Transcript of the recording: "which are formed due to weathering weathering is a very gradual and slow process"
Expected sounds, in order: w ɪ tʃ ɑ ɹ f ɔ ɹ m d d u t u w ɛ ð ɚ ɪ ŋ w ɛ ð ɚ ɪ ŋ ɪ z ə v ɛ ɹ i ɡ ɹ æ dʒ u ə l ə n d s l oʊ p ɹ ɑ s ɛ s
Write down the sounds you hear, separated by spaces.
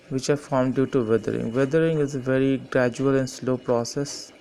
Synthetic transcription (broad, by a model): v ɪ tʃ ɑ ɹ f ɔ ɹ m d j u t u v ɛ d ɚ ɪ ŋ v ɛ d ɚ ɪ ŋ ɪ z ə v ɛ ɹ i ɡ ɹ æ dʒ u ə l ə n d s l oʊ p ɹ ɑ s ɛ s